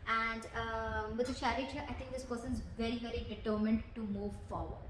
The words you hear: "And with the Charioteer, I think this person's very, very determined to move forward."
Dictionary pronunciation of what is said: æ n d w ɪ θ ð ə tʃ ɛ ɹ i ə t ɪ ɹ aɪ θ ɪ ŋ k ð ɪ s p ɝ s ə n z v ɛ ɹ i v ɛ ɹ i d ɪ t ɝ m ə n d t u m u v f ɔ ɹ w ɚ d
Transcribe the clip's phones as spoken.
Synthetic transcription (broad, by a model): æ n d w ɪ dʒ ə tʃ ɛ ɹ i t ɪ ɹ aɪ t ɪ ŋ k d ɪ s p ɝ s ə n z v ɛ ɹ i v ɛ ɹ i d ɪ t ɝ m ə n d t u m u v f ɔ ɹ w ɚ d